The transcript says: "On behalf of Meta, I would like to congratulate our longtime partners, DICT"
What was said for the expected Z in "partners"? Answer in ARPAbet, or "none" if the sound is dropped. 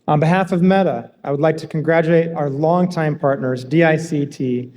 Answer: Z